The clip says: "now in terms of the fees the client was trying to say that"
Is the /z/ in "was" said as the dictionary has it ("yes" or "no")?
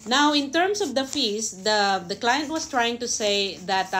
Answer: no